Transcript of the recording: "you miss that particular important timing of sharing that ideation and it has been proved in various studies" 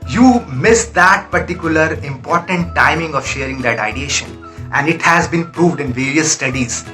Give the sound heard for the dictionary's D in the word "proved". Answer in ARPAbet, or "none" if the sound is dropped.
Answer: D